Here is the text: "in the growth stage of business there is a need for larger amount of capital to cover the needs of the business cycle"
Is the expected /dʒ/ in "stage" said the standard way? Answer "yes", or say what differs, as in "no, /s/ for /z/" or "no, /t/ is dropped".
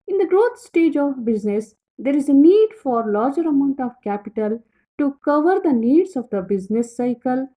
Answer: yes